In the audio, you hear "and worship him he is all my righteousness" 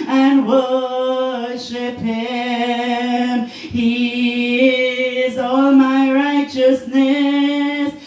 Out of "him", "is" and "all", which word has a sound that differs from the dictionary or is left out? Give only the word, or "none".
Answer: none